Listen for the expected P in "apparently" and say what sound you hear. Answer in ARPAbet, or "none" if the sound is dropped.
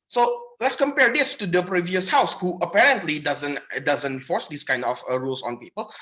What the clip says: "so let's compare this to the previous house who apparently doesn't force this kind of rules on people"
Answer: P